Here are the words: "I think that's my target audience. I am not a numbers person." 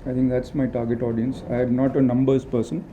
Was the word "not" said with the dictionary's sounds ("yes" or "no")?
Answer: yes